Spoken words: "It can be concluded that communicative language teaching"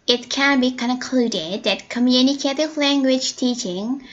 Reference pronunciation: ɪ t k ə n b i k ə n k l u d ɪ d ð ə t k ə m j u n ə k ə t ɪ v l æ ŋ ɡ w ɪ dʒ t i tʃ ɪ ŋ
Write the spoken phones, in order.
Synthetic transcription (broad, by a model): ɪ t k ə n b i k ə n k l u d ɪ d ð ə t k ə m j u n ə k ə t ɪ v l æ ŋ ɡ w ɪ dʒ t i tʃ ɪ ŋ